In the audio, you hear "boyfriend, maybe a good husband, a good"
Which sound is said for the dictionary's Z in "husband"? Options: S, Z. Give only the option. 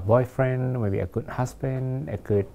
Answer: S